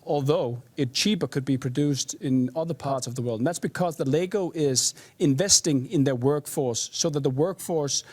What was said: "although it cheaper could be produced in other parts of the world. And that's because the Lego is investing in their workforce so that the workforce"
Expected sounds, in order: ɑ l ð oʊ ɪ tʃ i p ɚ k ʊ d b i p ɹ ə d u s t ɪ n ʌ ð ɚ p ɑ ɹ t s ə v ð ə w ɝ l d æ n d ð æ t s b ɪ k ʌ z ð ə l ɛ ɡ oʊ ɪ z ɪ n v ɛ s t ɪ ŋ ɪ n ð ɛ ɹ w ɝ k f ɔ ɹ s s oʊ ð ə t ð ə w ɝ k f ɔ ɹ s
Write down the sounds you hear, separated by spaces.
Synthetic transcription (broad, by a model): ɑ l ð oʊ ɪ tʃ i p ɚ k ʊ d b i p ɹ ə d u s t ɪ n ʌ ð ɚ p ɑ ɹ t s ə v ð ə w ɝ l d n ð æ t s b ɪ k ʌ z ð ə l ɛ ɡ oʊ ɪ z ɪ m v ɛ s t ɪ ŋ ɪ n ð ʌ ɹ w ɝ k f ɔ ɹ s s oʊ ð ə t ð ə w ɝ k f ɔ ɹ s